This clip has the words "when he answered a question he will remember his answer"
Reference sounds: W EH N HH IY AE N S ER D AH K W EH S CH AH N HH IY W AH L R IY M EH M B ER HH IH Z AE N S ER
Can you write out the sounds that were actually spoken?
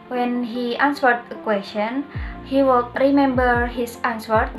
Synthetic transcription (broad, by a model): W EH N HH IY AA N S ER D AH K W EH S CH AH N HH IY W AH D R IY M EH M B ER HH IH S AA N S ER